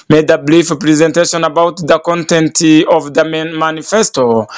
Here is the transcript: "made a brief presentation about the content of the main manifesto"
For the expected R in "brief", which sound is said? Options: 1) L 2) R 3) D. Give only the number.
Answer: 1